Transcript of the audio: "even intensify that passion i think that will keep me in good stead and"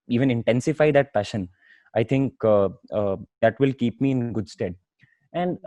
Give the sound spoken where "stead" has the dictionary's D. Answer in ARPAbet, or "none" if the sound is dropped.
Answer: D